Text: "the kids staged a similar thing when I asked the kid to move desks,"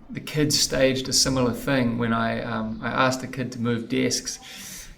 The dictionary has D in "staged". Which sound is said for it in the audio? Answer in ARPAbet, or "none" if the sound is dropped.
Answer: D